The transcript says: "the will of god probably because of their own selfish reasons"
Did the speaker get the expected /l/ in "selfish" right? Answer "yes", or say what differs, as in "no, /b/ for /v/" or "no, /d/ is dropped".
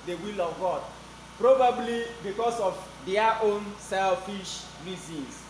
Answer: yes